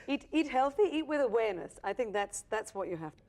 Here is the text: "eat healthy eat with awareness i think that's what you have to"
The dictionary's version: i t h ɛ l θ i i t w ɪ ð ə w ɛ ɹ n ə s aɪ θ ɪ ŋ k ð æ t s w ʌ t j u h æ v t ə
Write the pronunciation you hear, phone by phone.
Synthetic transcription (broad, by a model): i t h ɛ l θ i i t w ɪ ð ə w ɛ ɹ n ə s aɪ θ ɪ ŋ k ð æ t s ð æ t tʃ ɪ h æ f t